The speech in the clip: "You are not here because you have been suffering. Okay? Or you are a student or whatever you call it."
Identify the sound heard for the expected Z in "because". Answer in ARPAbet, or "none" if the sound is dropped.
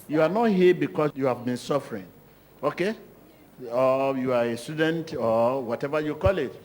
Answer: none